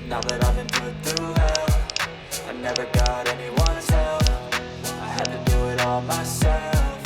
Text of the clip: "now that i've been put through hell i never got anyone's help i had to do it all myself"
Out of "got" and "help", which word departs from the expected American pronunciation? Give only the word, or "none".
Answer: help